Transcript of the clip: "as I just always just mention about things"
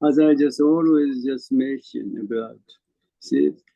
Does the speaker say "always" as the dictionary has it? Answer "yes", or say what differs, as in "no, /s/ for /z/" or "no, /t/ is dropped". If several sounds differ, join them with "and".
yes